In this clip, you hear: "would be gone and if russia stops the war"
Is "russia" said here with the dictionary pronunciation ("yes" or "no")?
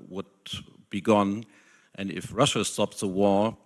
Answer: yes